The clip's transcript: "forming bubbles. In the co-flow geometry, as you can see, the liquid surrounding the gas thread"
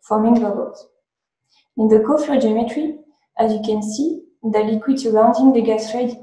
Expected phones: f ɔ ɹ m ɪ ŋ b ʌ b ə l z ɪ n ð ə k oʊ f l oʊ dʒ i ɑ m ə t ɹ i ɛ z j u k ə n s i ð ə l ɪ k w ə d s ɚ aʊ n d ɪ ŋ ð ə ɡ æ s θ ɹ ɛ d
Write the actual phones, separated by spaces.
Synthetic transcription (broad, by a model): f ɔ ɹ m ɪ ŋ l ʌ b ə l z ɪ n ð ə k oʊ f oʊ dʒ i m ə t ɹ i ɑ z j u k ə n s i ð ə l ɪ k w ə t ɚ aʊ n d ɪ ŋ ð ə ɡ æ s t ɹ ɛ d